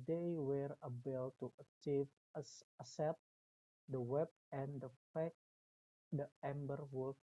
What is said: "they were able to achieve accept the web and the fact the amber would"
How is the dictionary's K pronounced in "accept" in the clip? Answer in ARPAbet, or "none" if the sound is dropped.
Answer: none